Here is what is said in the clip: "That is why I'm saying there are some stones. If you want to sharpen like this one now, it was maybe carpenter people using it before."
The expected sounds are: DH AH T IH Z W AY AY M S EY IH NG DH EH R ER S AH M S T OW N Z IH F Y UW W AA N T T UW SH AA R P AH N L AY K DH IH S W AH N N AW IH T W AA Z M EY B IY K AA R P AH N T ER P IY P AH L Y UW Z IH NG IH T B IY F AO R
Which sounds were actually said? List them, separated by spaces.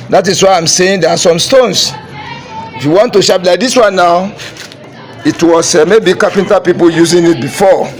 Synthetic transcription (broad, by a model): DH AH T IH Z W AY AY M S EY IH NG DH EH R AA S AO M S T OW N S IH F Y UW W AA N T T UW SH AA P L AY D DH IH S W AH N N AW IH T W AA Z M EY B IY K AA P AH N T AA P IY P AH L Y UW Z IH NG IH T B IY F AO